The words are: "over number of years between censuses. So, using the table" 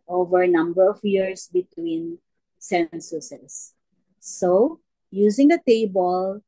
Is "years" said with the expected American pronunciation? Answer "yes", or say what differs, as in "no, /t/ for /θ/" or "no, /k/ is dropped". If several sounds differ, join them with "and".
no, /s/ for /z/